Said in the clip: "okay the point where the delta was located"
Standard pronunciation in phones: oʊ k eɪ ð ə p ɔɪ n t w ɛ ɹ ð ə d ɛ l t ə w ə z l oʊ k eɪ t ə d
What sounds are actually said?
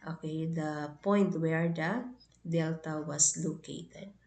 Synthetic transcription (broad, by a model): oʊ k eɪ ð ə p ɔɪ n t w ɛ ɹ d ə d ɛ l t ə w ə s l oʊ k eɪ t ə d